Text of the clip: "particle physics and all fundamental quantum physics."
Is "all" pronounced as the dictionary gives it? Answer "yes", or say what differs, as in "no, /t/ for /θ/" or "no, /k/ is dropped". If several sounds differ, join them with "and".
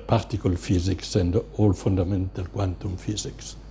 yes